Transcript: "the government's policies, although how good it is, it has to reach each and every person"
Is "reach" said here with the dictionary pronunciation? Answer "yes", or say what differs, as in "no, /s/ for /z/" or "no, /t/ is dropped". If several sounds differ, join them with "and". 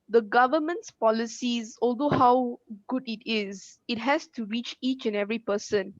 yes